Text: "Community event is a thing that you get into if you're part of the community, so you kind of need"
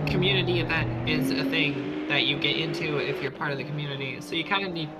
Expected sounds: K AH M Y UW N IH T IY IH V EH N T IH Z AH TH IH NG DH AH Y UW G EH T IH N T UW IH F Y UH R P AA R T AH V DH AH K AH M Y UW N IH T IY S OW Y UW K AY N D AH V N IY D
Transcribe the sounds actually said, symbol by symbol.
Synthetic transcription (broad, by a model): K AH M Y UW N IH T IY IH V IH T IH Z AH TH IH NG DH AH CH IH G EH T IH N T UW IH F Y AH R P AA R T AH V DH AH K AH M Y UW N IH T IY S OW Y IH K AY N D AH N IY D